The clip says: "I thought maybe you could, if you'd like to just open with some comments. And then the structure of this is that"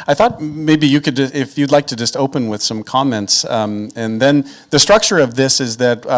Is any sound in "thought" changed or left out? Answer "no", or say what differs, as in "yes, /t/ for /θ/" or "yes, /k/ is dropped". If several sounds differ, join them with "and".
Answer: no